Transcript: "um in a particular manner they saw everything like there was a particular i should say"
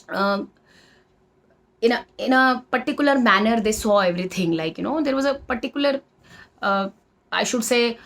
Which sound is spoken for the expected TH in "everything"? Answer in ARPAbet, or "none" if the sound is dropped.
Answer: T